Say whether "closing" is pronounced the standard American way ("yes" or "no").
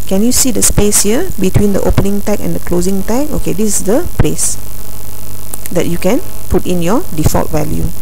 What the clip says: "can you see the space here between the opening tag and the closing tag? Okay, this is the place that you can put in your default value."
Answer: yes